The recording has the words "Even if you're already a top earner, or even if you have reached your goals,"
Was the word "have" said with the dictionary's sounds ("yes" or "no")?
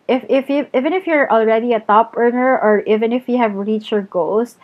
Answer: yes